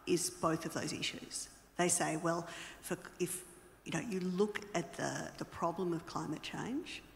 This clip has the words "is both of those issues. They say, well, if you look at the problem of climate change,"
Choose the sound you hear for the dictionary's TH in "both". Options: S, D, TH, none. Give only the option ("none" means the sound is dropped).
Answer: TH